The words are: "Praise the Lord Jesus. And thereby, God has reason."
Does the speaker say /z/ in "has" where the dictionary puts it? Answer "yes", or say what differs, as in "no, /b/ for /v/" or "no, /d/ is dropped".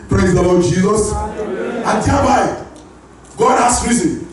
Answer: no, /s/ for /z/